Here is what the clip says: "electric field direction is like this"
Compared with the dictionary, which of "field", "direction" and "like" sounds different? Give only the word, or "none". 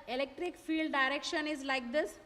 none